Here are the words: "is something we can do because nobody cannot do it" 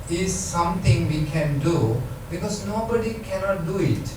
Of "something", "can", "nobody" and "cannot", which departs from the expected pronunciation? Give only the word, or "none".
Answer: something